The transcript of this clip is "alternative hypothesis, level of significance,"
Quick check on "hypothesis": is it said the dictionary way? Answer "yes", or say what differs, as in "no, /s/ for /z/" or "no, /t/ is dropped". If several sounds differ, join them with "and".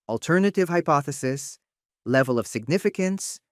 yes